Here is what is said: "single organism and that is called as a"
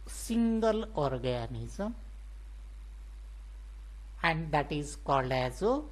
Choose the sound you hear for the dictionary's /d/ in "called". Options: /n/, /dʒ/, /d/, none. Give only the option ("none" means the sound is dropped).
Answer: none